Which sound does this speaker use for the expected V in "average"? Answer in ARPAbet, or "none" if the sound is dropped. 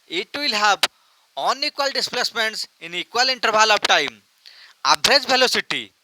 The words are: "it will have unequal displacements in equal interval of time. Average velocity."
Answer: B